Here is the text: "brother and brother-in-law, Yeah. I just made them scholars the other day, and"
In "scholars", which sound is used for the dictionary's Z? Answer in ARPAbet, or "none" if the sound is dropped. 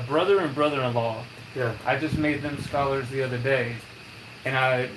Z